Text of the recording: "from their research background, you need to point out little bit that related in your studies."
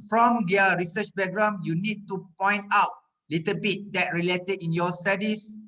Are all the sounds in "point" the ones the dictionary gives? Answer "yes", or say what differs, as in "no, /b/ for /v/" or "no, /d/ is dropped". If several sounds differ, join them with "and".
yes